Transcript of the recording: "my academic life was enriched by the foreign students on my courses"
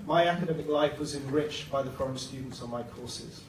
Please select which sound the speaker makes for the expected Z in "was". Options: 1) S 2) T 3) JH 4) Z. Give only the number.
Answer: 4